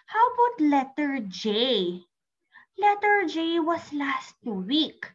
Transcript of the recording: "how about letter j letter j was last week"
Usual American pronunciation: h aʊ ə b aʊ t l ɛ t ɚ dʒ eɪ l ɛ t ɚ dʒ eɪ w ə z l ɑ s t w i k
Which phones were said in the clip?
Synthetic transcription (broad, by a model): h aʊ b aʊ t l ɛ t ɚ dʒ eɪ l ɛ t ɚ dʒ eɪ w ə s l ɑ s t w i k